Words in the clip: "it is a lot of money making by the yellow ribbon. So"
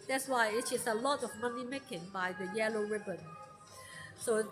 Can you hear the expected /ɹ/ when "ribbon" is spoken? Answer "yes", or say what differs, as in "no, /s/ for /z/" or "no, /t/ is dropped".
yes